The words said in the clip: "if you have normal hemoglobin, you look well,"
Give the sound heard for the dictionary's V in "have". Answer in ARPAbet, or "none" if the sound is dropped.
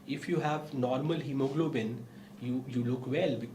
V